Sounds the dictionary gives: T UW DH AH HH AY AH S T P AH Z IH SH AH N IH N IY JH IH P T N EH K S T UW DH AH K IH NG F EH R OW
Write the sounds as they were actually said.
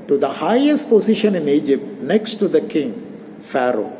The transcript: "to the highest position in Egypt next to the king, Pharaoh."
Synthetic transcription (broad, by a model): T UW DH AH HH AY AH S T P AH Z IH SH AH N IH N IY JH IH P T N EH K S T UW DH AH K IH NG F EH R OW